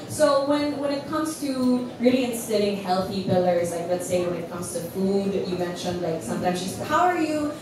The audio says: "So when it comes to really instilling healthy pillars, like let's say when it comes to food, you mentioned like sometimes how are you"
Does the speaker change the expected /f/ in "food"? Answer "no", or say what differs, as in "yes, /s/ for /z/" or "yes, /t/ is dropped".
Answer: no